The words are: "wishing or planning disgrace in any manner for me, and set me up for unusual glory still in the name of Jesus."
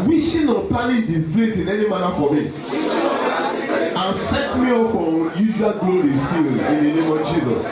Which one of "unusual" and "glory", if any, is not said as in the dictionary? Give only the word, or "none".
unusual